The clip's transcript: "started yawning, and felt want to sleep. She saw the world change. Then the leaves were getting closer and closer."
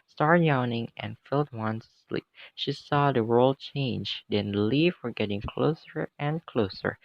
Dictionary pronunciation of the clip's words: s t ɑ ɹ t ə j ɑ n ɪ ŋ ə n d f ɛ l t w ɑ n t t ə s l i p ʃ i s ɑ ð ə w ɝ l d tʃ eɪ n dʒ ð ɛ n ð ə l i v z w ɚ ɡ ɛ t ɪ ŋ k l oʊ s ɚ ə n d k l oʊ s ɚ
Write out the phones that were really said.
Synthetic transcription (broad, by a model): s t ɑ ɹ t j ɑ n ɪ ŋ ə n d f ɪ l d w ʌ n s l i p ʃ i s ɑ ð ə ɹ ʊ l tʃ eɪ n dʒ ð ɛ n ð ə l i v w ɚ ɡ ɛ t ɪ ŋ k l oʊ s ɚ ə n k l oʊ s ɚ